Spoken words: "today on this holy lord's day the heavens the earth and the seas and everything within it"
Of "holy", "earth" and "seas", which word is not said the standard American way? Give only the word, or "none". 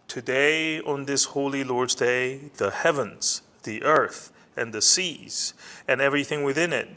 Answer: none